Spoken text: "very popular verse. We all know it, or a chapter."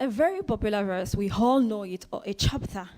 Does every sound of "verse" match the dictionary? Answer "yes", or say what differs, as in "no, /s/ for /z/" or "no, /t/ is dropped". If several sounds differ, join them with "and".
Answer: yes